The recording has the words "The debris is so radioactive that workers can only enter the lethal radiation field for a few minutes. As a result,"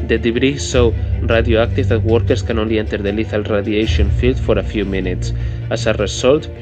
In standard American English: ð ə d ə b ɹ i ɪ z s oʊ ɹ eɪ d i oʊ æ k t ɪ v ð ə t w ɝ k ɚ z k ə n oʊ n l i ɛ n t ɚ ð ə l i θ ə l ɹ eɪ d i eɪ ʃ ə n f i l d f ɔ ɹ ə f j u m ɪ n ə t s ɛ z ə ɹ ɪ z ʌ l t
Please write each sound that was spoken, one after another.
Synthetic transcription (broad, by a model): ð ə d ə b ɹ i s oʊ ɹ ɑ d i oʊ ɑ k t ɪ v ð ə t w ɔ k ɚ s k ə n oʊ n l i ɛ n t ɚ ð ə l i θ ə l ɹ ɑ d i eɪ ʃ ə n f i l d f ɔ ɹ ə f j u m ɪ n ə t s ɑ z ə ɹ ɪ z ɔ l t